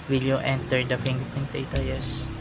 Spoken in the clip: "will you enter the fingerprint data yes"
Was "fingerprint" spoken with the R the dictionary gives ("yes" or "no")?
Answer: no